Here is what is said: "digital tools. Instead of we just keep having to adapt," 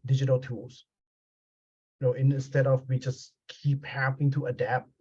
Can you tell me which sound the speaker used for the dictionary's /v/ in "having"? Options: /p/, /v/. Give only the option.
/p/